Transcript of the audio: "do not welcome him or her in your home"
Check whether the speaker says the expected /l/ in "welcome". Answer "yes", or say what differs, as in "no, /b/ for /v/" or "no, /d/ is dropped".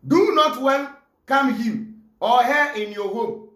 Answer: no, /n/ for /l/